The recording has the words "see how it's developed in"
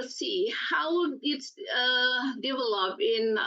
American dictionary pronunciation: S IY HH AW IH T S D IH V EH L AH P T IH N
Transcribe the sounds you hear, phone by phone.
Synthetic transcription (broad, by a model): S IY HH AW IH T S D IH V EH L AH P IH N